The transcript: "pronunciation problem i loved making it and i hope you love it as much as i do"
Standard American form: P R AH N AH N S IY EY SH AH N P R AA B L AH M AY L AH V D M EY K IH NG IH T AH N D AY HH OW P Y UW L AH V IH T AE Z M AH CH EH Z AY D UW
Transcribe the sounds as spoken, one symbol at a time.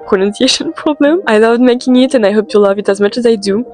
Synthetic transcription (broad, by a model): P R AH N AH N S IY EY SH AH N P R AA B L AH M AY L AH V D M EY K IH NG IH T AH N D AY HH OW P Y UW L AH V IH T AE Z M AH CH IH Z AY D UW